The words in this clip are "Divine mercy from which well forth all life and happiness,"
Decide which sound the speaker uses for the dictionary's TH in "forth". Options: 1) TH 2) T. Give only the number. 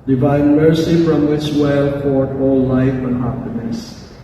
2